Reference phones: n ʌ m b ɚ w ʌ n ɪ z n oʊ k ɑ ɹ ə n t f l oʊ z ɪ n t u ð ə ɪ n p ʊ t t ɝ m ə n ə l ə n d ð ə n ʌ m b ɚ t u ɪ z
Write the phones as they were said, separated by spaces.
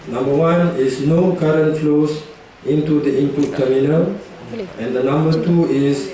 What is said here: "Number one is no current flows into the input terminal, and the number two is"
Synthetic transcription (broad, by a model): n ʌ m b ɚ w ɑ n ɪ s n oʊ k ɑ ɹ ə n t f l oʊ s ɪ n t u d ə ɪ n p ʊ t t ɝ m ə n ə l ə n d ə n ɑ m b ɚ t u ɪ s